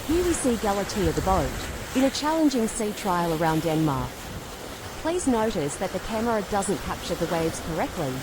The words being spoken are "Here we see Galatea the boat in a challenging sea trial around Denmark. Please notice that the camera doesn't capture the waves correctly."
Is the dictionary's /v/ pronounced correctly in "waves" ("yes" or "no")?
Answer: yes